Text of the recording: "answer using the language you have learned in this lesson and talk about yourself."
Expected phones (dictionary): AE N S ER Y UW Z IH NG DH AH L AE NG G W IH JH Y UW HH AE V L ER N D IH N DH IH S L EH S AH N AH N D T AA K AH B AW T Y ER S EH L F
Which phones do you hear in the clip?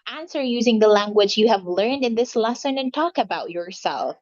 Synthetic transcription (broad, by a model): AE N S ER Y UW Z IH NG DH AH L AE NG G W IH JH Y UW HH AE V L ER N D IH N DH IH S L EH S AH N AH N T AA K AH B AW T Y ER S EH L F